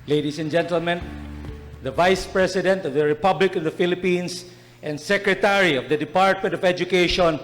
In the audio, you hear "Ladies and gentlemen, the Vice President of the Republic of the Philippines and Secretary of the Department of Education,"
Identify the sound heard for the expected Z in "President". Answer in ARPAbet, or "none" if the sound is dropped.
S